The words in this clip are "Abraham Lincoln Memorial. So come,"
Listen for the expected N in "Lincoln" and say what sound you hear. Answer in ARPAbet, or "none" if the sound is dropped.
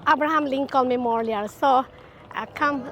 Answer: L